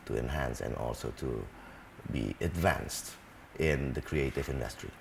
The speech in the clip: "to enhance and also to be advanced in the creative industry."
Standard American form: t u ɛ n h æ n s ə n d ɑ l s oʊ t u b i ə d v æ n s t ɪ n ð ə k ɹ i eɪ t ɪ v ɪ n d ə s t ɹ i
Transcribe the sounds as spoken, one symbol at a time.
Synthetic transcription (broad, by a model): t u ɛ n h æ n s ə n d ɑ l s oʊ t u b i ə d v æ n s t ɪ n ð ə k ɹ i eɪ t ɪ v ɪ n d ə s t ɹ i